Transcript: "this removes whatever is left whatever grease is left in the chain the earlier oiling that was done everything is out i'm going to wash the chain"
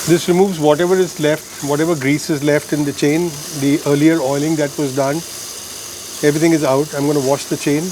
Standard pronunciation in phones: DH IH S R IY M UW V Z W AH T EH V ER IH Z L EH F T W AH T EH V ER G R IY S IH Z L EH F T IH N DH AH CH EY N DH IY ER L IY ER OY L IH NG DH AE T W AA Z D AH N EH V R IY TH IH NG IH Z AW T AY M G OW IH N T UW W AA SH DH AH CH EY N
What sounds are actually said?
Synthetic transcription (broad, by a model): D IH S R IY M UW V Z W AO T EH V ER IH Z L EH F T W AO T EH V ER G R IY S IH Z L EH F T IH N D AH CH EY N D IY ER L IY ER OY L IH NG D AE T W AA Z D AH N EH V R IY T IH NG IH Z AW T AY M G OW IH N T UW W AA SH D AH CH EY N